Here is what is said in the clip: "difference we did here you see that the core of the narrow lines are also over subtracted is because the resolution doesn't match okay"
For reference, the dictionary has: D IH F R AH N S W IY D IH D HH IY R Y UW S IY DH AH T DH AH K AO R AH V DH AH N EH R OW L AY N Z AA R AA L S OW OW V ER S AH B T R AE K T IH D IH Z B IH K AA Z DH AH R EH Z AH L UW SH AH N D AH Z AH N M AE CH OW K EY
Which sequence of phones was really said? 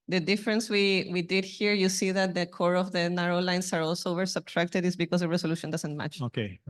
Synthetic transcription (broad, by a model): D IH F R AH N S W IY D IH D HH IY R Y UW S IY DH AH T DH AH K AO R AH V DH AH N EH R OW L AY N S AA R AA L S OW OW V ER S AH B T R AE K T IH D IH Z B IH K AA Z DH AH R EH S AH L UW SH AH N D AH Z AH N M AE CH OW K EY